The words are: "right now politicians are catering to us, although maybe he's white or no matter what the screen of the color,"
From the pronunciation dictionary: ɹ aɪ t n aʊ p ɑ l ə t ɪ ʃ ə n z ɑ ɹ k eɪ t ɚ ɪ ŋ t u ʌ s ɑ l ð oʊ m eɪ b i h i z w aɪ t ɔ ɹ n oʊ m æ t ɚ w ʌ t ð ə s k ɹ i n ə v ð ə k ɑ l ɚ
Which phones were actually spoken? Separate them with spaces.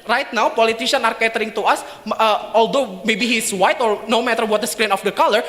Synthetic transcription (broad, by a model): ɹ aɪ t n aʊ p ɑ l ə t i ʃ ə n ɑ ɹ k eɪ t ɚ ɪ ŋ t u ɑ s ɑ l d oʊ m eɪ b i h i s w aɪ t ɔ ɹ n oʊ m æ t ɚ w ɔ t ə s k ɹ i n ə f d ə k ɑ l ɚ